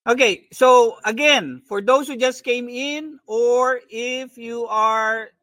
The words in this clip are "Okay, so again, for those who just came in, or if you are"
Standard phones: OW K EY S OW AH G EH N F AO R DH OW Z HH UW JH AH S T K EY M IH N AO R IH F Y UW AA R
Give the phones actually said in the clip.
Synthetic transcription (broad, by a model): OW K EY S OW AH G EH N F AO R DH OW S HH UW JH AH S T K EY M IH N AO R IH F Y UW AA R